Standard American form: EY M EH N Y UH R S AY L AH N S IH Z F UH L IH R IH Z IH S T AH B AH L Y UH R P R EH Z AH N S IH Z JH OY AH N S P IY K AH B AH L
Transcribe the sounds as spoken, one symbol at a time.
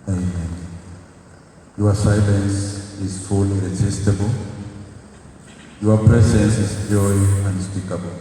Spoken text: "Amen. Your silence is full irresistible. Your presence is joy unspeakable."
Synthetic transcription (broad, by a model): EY M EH N Y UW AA S AY L AH N S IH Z F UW L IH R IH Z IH S T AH B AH L Y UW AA P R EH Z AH N S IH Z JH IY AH N S P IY K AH B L